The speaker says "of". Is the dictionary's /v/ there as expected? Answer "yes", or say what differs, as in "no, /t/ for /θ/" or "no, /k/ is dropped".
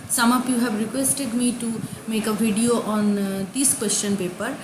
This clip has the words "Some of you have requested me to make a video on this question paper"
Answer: no, /p/ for /v/